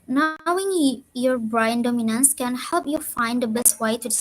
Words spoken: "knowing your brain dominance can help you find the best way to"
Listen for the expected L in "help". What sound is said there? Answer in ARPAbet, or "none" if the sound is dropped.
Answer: L